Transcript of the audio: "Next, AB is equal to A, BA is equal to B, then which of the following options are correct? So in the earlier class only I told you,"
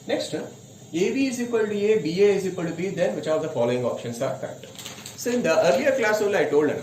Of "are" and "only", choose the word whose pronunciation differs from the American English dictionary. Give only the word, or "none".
only